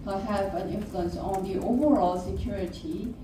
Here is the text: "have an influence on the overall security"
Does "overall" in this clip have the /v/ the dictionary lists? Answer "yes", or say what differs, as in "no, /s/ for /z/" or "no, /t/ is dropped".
yes